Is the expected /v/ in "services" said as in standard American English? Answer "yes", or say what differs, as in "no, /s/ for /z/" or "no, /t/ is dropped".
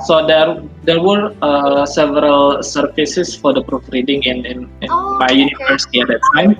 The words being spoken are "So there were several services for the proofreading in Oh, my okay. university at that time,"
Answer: no, /f/ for /v/